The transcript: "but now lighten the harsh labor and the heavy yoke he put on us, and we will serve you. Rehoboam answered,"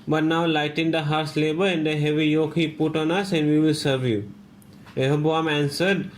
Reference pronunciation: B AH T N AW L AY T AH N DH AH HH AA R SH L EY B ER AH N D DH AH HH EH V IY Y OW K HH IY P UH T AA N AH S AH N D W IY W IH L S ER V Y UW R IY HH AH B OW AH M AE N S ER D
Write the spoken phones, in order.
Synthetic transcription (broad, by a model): B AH T N AW L AY T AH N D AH HH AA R S L EY B ER AH N D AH HH EH V IY Y OW K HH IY P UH T AA N AH S AH N D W IY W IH L S ER V Y UW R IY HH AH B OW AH M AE N S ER D